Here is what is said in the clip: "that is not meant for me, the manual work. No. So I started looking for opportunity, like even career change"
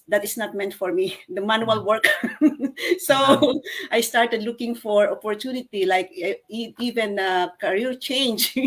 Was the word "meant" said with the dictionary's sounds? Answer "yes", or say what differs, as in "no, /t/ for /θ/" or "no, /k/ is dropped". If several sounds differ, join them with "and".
yes